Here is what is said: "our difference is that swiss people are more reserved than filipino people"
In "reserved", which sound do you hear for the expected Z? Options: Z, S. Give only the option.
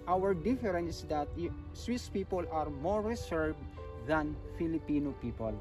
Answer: S